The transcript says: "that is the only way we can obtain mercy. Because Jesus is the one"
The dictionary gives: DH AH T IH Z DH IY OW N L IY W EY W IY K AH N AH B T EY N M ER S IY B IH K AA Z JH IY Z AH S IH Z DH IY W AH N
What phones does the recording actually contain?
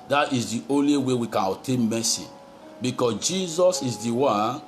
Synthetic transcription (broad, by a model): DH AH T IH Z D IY OW N L IY W EY W IY K AH N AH T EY N M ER S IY B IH K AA S JH IY Z AH S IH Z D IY W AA N